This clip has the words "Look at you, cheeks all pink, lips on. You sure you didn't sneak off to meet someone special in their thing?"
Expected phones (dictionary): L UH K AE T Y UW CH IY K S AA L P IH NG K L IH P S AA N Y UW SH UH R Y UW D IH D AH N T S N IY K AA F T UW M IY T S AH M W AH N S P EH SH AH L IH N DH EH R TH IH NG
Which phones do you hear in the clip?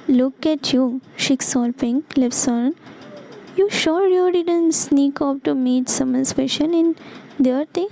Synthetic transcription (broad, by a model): L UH K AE T Y UW SH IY K S AA L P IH NG L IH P S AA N Y UW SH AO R Y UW D IH D AH N T S N IY K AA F T UW M IY T S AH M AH N S F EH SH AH N IH N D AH R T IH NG